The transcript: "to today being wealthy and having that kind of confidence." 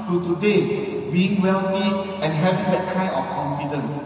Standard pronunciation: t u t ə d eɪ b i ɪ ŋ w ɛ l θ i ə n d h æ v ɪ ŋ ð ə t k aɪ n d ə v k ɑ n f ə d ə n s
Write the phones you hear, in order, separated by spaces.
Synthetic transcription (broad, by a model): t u t ə d eɪ b i ɪ ŋ w ɛ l t i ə n h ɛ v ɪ ŋ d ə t k aɪ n ə f k ɑ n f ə d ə n s